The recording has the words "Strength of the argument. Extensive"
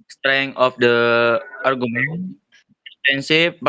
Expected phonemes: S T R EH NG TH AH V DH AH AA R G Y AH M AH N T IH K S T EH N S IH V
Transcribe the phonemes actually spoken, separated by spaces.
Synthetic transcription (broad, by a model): S T R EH NG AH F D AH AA R G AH M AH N IH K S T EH N S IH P